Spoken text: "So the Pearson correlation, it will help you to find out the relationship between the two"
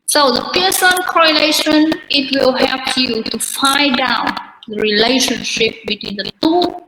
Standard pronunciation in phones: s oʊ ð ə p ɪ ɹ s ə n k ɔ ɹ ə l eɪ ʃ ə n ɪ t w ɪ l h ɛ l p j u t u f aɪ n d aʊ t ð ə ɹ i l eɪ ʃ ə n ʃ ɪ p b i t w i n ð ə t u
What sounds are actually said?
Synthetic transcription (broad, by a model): s oʊ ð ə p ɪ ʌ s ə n k ɔ ɹ ə l eɪ ʃ ə n ɪ t w ɪ l h ɛ l p j u t u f aɪ d aʊ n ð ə ɹ i l eɪ ʃ ə n ʃ ɪ p b i t w i n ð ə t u